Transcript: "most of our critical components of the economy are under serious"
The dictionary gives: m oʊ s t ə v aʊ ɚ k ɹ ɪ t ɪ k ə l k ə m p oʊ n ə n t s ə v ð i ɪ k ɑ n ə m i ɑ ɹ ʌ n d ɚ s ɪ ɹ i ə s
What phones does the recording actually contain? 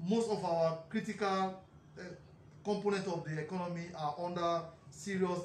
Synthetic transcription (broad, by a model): m oʊ s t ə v aʊ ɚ k ɹ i t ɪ k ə l k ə m p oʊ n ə n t ə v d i ɪ k ɑ n ə m i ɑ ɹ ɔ n d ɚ s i ɹ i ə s